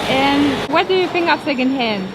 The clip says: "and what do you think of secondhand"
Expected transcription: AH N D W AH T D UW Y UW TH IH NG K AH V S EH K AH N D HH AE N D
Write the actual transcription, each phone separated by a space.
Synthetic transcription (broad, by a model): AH N W AH T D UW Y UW F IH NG AH P S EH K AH N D HH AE N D